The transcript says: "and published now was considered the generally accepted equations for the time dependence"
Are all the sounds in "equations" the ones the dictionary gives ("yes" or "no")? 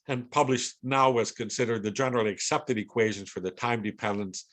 yes